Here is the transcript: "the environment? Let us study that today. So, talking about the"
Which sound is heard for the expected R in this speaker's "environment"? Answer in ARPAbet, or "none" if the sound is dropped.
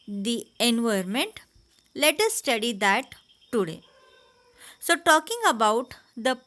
none